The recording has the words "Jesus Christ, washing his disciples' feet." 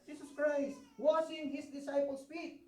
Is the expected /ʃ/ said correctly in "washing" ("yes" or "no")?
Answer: no